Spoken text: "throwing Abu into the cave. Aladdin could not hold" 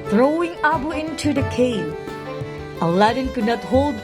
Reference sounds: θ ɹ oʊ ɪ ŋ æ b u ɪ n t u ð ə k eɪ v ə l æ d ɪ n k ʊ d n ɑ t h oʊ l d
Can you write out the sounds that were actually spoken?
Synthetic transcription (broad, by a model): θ ɹ oʊ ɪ ŋ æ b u ɪ n t u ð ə k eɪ ə l æ d ɪ n k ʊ d n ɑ t h oʊ l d